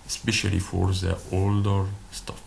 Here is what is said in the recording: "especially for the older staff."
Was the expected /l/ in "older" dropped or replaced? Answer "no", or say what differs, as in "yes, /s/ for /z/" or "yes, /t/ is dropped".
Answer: no